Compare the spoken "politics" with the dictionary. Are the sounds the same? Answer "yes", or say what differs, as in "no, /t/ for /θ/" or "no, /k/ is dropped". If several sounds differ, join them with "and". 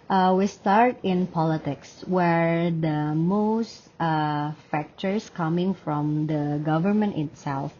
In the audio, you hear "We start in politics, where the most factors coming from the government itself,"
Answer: yes